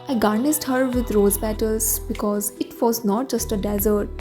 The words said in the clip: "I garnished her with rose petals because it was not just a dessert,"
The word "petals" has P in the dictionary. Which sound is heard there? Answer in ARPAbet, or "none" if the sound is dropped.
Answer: B